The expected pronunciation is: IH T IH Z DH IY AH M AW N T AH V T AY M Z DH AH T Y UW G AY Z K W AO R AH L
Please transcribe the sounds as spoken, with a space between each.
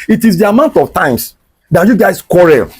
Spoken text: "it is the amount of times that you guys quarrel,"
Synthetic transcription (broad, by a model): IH T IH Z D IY AH M AW N T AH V T AY M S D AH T Y UW G AY S K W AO R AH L